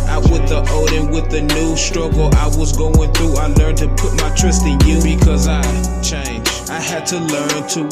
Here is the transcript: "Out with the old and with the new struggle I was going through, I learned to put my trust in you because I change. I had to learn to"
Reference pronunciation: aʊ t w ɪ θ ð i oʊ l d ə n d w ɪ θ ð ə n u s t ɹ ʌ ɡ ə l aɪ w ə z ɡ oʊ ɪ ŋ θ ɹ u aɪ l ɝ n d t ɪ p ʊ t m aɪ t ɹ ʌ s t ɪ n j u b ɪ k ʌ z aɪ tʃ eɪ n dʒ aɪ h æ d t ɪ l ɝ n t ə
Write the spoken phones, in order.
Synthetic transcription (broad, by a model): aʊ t w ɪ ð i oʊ d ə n w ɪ ð ə n u s t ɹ ʌ ɡ l aɪ w ə z ɡ oʊ ɪ ŋ θ ɹ u aɪ l ɝ n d t ɪ p ʊ t m aɪ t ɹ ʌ s t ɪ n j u b ɪ k ʌ z aɪ tʃ eɪ n dʒ aɪ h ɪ d t ɪ l ɝ n t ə